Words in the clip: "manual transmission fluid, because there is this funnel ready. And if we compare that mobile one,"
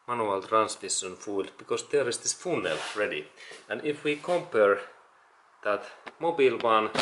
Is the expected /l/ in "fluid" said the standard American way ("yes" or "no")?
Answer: no